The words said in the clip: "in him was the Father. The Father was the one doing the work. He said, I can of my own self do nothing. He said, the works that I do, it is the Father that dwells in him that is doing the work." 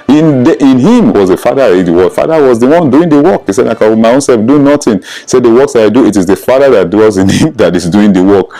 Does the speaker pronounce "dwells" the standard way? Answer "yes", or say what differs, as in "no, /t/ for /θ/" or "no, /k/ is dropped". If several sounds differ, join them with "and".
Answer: no, /l/ is dropped